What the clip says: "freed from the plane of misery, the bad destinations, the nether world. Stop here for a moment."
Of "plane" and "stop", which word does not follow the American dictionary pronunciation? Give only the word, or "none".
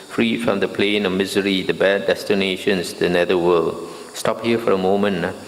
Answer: none